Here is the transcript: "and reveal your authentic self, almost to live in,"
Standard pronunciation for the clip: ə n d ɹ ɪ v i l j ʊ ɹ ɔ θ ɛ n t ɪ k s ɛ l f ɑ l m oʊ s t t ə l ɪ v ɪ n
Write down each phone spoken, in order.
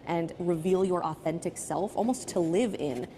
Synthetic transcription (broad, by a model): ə n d ɹ ɪ v i l j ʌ ɹ ɔ θ ɛ n t ɪ k s ɛ l f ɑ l m oʊ s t t ə l ɪ v ɪ n